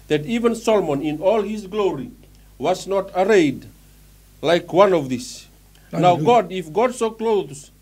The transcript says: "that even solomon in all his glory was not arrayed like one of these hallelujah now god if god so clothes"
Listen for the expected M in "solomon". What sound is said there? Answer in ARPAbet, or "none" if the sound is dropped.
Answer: M